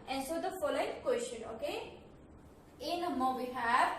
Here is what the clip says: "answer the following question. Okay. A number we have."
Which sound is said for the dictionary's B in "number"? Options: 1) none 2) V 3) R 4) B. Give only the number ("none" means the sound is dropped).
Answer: 1